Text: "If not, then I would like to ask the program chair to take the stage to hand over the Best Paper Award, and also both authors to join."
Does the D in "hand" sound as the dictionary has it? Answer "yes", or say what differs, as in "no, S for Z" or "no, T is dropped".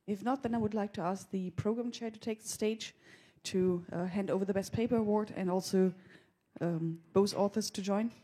yes